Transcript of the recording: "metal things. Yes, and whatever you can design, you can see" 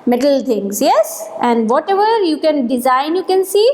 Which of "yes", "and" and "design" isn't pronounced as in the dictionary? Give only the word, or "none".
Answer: none